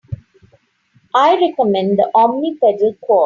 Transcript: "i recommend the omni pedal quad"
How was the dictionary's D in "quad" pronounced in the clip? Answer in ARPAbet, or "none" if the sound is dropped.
none